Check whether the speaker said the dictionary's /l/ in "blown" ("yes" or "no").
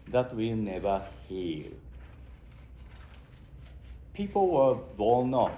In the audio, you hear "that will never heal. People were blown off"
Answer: no